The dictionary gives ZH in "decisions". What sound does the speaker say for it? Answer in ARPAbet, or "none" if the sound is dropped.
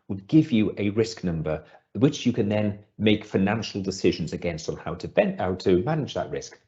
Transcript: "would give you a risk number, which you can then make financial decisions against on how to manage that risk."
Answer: ZH